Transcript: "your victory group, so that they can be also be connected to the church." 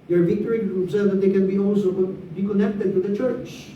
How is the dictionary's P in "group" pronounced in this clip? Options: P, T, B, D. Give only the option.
B